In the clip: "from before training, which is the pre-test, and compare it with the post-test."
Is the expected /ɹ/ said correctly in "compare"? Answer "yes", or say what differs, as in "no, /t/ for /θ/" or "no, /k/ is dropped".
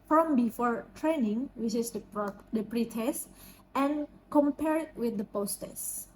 yes